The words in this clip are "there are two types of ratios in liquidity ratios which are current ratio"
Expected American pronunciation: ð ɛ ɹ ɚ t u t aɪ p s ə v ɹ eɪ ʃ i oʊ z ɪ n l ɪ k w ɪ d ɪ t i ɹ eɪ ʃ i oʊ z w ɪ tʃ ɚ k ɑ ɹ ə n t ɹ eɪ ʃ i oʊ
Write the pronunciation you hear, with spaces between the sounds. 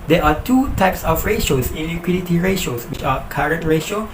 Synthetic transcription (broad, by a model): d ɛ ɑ t u t aɪ p s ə f ɹ eɪ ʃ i oʊ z ɪ n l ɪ k w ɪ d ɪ t i ɹ eɪ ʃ oʊ s w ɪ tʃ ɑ k ɑ ɹ ə n t ɹ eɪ ʃ oʊ